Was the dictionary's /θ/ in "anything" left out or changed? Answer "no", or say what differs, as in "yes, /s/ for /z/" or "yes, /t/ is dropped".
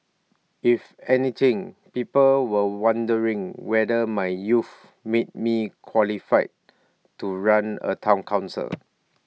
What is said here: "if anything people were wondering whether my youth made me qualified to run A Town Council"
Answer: yes, /t/ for /θ/